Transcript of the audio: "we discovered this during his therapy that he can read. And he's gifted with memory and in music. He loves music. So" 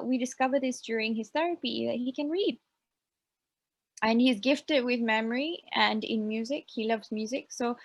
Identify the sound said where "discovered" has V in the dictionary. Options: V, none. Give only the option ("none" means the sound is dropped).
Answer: V